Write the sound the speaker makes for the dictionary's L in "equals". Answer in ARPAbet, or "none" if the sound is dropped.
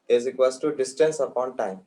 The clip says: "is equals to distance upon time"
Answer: none